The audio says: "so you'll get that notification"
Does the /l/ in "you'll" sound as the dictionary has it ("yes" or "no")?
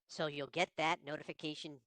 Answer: yes